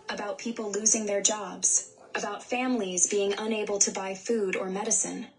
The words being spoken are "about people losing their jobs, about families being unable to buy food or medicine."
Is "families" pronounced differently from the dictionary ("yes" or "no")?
no